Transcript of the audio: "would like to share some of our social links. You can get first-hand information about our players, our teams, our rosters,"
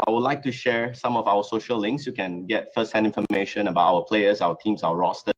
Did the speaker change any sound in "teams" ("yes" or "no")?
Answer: yes